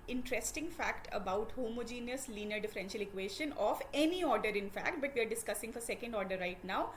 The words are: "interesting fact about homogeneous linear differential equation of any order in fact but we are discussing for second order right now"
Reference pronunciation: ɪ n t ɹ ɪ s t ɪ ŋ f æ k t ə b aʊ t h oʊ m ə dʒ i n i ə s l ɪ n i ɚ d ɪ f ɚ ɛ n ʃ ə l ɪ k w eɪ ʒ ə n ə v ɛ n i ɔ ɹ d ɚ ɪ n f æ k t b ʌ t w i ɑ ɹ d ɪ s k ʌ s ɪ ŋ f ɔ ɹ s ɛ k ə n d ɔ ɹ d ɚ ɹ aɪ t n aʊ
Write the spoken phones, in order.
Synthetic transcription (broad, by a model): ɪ n t ɹ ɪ s t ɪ ŋ f æ k t ə b aʊ t h oʊ m ə dʒ i n i ə s l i n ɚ d ɪ f ɚ ɛ n ʃ ə l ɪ k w eɪ ʃ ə n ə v ɛ n i ɔ ɹ d ɚ ɪ n f æ k t b ʌ t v i ɑ ɹ d ɪ s k ʌ s ɪ ŋ f ɔ ɹ s ɛ k ə n d ɔ ɹ d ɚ ɹ aɪ t n aʊ